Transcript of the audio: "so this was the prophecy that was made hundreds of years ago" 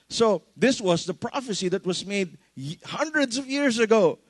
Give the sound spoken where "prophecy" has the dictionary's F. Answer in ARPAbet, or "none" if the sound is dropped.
F